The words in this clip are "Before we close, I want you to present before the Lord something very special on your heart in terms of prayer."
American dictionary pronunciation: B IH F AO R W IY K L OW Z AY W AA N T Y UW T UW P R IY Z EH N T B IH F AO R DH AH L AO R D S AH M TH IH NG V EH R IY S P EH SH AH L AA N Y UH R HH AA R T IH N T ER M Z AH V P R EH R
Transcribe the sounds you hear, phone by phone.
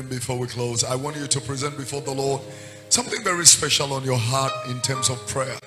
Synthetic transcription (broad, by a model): B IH F AO R W IY K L OW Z AY W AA N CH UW T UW P R IY Z EH N T B IH F AO R DH AH L AO R D S AH M TH IH NG V EH R IY S P EH SH AH L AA N Y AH R HH AA R T IH N T ER M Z AH V P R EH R